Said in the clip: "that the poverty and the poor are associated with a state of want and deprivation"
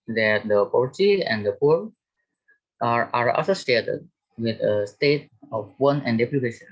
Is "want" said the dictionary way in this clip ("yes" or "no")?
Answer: no